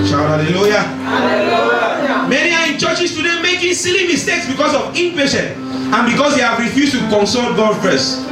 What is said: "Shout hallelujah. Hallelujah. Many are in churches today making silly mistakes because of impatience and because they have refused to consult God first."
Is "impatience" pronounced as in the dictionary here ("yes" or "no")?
no